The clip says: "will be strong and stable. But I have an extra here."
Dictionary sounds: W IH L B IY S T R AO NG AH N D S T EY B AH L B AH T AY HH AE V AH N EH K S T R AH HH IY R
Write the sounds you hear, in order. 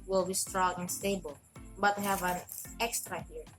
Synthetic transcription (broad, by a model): W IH L B IY S T R AO NG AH N S T EY B AH L B AH T HH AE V AH N EH K S T R AH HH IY R